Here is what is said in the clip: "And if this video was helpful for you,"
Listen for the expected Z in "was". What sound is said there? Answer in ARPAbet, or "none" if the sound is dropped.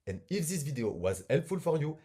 Z